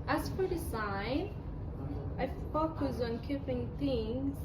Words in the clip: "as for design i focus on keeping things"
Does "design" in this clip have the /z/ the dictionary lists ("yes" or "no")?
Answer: no